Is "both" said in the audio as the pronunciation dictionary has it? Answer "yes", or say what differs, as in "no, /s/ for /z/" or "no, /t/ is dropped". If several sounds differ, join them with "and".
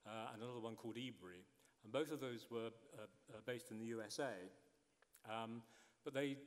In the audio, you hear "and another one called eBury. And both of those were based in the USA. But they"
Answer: yes